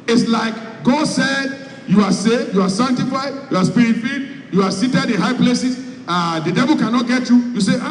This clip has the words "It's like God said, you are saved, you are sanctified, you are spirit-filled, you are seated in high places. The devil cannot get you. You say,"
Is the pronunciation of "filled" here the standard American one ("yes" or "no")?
no